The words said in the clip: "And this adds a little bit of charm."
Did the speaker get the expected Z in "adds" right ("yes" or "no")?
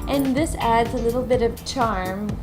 yes